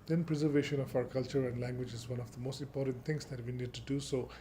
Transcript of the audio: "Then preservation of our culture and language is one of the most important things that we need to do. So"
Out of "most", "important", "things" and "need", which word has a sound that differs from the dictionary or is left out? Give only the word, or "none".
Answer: things